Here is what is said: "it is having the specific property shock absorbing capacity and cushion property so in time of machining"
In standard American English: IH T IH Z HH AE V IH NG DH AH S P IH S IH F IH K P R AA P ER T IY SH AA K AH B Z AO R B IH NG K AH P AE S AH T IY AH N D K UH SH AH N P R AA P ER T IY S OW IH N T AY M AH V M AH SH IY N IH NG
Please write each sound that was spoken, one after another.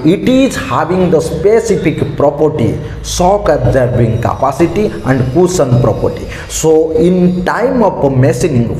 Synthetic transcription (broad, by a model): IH T IH Z HH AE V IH NG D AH S P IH S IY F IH K P R AA P ER T IY S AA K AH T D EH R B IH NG K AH P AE S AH T IY AH N D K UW S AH N P R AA P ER T IY S OW IH N T AY M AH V M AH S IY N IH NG